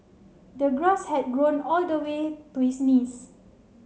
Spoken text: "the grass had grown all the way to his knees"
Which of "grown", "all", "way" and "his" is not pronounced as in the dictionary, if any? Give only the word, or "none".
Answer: his